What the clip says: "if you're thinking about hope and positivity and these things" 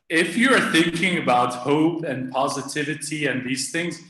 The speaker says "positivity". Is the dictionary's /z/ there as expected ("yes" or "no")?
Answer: yes